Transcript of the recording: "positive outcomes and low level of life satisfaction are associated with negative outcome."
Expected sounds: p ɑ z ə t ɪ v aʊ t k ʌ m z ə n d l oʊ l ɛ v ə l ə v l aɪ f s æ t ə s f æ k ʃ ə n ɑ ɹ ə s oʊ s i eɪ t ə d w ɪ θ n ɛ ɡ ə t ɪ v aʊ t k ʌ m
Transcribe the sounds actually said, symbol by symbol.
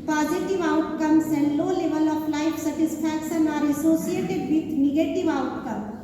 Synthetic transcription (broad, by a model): p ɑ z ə t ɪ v aʊ t k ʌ m s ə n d l oʊ l ɛ v ə l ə p l aɪ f s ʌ t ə s p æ k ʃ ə n ɑ ɹ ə s oʊ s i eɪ t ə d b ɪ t n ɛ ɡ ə t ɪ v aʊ t k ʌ m